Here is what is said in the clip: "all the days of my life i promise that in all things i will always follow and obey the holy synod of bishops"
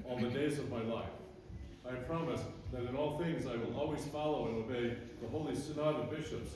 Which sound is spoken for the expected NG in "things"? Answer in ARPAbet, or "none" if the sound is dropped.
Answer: NG